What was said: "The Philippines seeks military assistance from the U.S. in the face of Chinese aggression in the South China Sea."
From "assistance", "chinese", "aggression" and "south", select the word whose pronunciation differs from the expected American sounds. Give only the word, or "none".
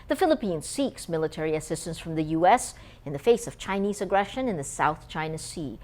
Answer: none